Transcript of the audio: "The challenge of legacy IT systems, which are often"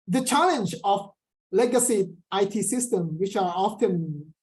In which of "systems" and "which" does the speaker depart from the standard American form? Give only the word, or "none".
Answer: systems